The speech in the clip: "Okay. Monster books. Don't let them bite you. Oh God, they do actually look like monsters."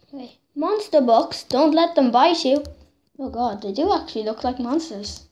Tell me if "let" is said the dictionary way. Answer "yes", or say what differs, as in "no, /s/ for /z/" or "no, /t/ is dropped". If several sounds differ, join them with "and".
yes